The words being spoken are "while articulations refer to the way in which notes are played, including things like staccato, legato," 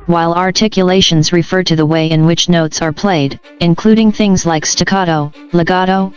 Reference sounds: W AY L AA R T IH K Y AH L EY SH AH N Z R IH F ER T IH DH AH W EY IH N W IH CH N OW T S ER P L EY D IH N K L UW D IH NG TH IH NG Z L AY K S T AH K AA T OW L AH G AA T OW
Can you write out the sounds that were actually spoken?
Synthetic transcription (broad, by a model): W AY L AA R T IH K Y AH L EY SH AH N Z R IH F ER T IH DH AH W EY IH N W IH CH N OW T S ER P L EY D IH N K L UW D IH NG TH IH NG Z L AY K S T AH K AA T OW L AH G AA T OW